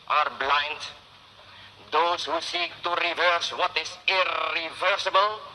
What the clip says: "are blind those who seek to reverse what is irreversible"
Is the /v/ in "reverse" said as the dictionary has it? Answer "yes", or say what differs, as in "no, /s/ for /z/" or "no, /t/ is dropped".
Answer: yes